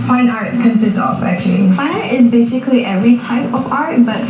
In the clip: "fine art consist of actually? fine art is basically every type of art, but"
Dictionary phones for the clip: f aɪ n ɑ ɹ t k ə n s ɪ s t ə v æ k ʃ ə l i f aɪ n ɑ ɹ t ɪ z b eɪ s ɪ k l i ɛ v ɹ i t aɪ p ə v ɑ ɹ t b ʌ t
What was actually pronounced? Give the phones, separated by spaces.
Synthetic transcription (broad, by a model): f aɪ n ɑ ɹ t k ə n s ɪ s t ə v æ k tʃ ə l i f aɪ n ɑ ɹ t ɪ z b eɪ s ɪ k l i ɛ v ɹ i t aɪ p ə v ɑ ɹ t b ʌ t